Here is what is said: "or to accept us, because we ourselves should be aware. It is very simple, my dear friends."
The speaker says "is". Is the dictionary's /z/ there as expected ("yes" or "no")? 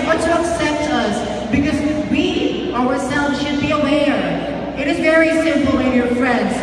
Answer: yes